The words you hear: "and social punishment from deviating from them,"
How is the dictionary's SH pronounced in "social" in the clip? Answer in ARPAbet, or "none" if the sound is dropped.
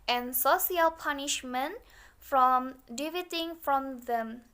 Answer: none